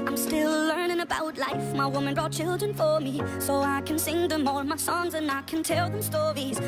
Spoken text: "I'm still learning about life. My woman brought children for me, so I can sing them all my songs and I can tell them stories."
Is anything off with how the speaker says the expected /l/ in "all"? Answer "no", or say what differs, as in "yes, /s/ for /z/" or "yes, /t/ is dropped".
yes, /n/ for /l/